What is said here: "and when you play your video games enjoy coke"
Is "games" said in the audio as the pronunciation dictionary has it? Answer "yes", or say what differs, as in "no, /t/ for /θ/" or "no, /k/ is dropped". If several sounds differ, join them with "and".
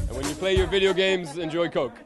yes